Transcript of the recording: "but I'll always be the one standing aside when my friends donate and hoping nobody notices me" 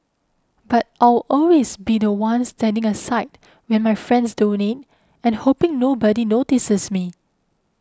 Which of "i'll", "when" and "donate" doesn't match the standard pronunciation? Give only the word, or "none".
i'll